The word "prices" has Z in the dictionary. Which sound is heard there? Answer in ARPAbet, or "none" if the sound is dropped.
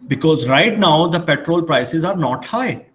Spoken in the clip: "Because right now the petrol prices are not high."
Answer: Z